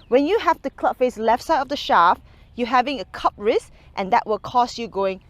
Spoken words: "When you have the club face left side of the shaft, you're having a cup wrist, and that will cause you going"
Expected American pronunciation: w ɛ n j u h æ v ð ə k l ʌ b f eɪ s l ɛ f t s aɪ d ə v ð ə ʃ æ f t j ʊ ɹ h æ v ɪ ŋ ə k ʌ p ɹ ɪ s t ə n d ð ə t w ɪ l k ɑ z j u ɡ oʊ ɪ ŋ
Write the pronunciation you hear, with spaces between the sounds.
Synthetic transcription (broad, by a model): w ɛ n j u h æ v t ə k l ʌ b f eɪ s l ɛ f t s aɪ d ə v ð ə ʃ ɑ f j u h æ v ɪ ŋ ə k ʌ p ɹ ɪ s t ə n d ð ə t w ɪ l k ɑ s j u ɡ oʊ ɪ ŋ